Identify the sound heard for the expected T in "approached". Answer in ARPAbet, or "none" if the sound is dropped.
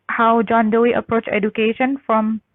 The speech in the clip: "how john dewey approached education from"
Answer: none